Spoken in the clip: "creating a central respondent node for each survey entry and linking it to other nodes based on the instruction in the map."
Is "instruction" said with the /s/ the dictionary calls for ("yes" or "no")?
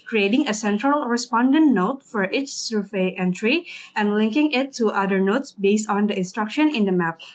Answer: yes